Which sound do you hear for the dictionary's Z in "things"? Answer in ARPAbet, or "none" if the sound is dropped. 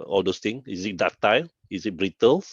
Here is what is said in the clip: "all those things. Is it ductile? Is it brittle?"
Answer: none